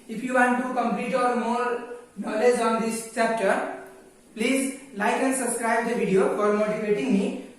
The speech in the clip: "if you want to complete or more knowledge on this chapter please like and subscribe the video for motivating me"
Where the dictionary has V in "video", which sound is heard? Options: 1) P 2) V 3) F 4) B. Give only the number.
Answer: 4